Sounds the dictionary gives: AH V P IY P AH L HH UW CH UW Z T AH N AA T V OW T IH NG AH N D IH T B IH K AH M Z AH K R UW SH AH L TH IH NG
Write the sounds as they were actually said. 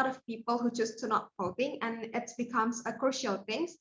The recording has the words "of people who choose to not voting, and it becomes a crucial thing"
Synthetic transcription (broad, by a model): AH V P IY P AH L HH UW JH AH S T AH N AA T P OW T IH NG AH N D IH T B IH K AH M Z AH K R UW SH AH L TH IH NG